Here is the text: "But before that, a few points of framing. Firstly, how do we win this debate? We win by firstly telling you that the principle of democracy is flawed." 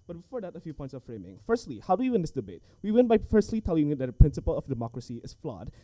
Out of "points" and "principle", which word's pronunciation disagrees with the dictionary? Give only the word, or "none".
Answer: none